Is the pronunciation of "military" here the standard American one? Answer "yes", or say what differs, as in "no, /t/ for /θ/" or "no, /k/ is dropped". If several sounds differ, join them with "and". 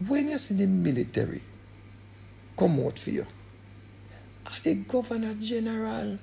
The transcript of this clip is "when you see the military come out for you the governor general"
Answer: yes